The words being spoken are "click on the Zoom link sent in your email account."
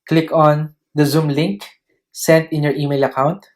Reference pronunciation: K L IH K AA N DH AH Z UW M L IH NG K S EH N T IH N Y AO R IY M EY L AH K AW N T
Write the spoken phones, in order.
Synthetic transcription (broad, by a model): K L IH K AA N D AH Z UW M L IH NG K S EH N T IH N Y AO R IY M EY L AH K AW N T